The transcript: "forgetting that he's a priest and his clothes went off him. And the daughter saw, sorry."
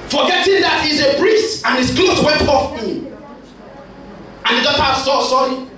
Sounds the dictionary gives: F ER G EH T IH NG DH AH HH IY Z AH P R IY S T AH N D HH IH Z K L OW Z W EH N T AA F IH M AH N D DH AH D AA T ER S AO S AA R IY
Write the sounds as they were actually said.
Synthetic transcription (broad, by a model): F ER G EH T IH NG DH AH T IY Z AH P R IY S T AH N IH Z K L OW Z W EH T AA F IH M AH N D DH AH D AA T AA S AO S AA R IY